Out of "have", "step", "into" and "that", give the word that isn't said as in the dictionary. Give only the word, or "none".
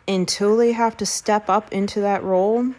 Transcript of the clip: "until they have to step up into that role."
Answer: have